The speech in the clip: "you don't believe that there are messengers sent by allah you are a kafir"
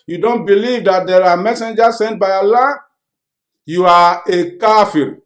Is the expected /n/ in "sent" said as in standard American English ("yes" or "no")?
yes